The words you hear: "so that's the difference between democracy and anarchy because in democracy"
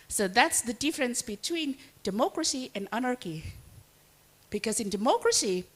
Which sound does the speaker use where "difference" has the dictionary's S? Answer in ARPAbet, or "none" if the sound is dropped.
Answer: S